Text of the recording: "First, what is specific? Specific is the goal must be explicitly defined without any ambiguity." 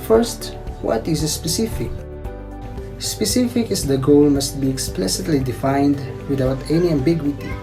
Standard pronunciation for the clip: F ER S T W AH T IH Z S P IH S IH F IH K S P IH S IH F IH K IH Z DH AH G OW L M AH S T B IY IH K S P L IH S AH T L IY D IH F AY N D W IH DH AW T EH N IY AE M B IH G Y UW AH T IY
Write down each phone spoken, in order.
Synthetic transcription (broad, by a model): F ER S T W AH T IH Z S P IH S IH F IH K S P IH S IH F IH K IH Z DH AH G OW L M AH S T B IY IH K S P L IH S AH T L IY D IH F AY N D W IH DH AW T EH N IY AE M B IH G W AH T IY